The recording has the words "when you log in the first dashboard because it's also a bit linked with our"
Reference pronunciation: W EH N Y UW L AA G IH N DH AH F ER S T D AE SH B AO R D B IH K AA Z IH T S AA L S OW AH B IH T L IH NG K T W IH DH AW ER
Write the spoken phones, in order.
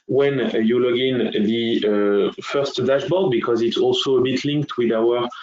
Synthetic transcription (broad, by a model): W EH N Y UW L AA G IH N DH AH F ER S T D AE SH B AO L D B IH K AA Z IH T S AA L S OW AH B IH T L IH NG K T W IH DH AW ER